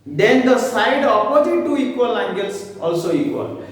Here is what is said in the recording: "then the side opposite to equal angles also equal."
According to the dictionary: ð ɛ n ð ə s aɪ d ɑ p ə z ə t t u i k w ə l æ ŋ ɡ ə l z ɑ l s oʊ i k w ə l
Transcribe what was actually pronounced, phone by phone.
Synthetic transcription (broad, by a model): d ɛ n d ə s aɪ d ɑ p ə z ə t t u i k w ə l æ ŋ ɡ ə l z ɑ l s oʊ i k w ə l